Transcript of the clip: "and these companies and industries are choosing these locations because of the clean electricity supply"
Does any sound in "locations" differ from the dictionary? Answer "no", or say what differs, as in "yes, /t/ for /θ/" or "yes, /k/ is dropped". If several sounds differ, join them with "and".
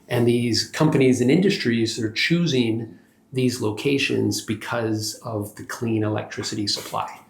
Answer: no